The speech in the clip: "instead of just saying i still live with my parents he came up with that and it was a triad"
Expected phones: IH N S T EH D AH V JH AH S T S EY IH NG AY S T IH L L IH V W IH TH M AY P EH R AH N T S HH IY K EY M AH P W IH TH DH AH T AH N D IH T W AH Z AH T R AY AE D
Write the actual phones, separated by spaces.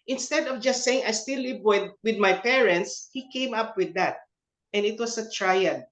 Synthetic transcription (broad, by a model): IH N S T EH D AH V JH AH S T S EY IH NG AY S T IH L W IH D W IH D M AY P EH R AH N T S HH IY K EY M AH P W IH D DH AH T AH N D IH T W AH S AH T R AY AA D